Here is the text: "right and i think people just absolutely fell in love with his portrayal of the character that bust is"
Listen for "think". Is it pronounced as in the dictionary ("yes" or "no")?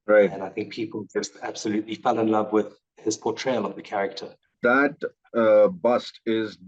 yes